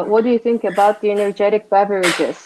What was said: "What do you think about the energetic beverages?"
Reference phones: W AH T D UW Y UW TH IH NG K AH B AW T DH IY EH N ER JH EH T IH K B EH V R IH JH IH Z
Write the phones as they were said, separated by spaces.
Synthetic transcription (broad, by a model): W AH T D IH Y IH TH IH NG K AH B AW T DH IY EH N ER JH EH T IH K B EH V R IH JH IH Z